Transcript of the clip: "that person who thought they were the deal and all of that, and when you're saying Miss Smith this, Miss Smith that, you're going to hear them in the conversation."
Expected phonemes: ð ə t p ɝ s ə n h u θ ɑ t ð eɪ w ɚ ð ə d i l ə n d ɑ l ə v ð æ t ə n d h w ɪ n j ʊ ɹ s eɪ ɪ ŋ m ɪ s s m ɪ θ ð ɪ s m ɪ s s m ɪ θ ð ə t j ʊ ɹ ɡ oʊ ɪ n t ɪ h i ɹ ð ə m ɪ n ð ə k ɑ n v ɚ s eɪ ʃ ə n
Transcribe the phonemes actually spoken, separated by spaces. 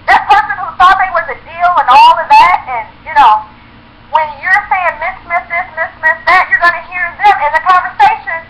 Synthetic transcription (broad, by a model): ð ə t p ɝ s ə n h u s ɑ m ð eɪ w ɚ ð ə d i l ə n ɑ l ə v ð æ t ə n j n w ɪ n j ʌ ɹ s eɪ ɪ ŋ m ɪ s s m ɪ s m ɪ s m ɪ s s m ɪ s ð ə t j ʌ ɹ ɡ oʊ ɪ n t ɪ h i ɹ ð ə m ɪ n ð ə k ɑ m v ɚ s eɪ ʃ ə n